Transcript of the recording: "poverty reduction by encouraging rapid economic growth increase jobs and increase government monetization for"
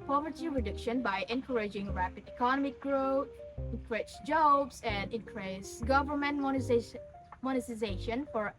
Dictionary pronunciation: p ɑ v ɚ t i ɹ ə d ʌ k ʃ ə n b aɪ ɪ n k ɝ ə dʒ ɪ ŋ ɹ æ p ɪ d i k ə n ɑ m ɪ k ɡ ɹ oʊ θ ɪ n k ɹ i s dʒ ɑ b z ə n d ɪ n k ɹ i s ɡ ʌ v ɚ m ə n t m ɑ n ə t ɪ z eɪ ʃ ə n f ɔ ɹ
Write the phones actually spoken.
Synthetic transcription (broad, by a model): p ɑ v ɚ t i ɹ ə d ʌ k ʃ ə n b aɪ ɪ n k ɝ ə dʒ ɪ ŋ ɹ æ p ɪ d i k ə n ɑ m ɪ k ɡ ɹ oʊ t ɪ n k ɹ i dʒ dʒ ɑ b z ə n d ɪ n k ɹ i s ɡ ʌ v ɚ m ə n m m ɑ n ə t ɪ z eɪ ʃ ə n f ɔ ɹ